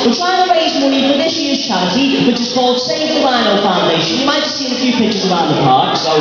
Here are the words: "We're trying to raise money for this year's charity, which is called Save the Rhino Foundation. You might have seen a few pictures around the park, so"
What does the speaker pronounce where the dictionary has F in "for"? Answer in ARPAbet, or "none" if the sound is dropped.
P